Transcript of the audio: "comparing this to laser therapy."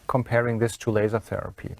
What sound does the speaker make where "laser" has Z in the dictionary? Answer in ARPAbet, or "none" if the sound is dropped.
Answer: Z